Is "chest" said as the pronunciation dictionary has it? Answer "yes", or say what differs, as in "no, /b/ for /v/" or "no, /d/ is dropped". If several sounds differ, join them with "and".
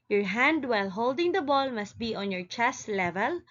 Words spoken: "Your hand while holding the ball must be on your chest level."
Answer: yes